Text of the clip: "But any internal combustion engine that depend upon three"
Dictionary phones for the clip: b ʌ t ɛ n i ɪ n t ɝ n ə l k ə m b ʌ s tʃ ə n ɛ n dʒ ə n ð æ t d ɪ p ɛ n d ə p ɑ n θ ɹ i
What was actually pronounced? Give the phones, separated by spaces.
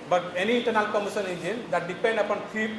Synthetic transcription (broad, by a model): b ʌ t ɛ n i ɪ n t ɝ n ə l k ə m ʌ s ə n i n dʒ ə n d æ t d ɪ p ɛ n d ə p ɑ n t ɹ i